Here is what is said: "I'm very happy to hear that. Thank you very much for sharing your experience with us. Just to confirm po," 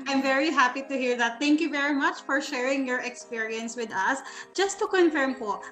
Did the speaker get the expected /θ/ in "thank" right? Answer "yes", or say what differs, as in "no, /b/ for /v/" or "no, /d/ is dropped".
no, /t/ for /θ/